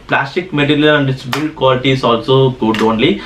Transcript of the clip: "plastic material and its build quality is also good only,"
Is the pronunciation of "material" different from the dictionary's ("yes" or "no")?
yes